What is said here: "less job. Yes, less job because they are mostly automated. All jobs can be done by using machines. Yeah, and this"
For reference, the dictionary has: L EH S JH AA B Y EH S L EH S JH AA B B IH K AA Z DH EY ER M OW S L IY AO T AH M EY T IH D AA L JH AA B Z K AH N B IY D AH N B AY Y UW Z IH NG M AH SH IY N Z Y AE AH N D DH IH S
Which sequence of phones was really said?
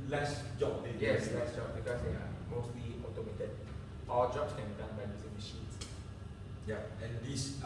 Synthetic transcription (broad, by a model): L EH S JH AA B Y EH S L EH S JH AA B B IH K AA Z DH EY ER M OW S L IY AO T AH M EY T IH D AA L JH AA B S K AH N B IY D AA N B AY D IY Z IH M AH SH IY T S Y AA AH N D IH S